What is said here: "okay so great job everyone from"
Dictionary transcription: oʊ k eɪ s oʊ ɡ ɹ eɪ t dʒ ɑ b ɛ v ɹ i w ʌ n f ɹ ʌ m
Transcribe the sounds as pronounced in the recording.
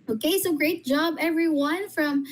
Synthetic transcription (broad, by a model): oʊ k eɪ s oʊ ɡ ɹ eɪ t dʒ ɑ b ɛ v ɹ i w ʌ n f ɹ ʌ m